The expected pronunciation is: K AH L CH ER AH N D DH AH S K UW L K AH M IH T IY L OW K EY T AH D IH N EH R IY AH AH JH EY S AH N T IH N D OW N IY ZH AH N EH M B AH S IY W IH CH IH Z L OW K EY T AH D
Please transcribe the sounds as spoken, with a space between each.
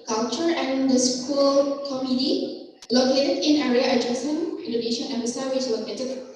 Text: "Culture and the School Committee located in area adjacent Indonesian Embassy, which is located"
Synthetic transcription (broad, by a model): K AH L CH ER AH N D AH S K UW L K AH M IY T IY L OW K EY T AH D IH N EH R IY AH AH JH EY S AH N IH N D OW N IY SH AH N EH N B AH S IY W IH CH L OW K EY T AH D